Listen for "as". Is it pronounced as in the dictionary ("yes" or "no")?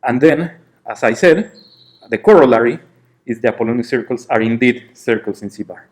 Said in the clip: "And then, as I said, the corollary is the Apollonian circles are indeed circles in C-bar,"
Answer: no